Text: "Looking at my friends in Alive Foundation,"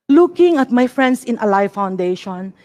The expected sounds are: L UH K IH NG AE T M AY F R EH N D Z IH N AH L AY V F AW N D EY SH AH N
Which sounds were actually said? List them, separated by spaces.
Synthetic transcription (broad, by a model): L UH K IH NG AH T M AY F R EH N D S IH N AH L AY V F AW N D EY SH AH N